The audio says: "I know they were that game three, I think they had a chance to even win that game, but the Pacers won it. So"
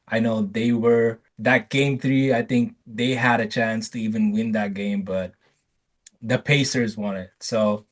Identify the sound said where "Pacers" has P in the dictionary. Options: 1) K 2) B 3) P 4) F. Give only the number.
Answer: 3